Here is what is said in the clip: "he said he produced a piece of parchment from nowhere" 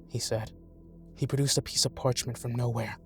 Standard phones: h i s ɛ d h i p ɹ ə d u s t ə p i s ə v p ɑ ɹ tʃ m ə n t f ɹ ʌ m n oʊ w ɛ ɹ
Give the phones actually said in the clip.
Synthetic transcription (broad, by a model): h i s ɛ d h i p ɹ ə d u s t ə p i s ə v p ɑ ɹ tʃ m ə n t f ɹ ʌ m n oʊ w ɛ ɹ